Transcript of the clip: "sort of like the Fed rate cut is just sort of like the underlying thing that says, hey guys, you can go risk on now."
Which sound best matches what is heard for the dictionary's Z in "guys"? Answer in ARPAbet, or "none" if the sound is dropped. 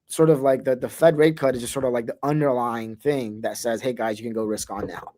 Z